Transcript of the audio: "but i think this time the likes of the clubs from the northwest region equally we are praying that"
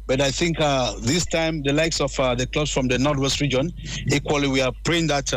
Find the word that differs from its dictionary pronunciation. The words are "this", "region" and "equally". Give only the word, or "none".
none